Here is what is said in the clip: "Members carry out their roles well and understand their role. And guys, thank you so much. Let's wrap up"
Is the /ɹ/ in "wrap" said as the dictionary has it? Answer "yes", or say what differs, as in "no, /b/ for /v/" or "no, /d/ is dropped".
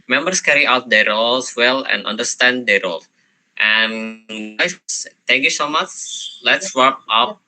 no, /w/ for /ɹ/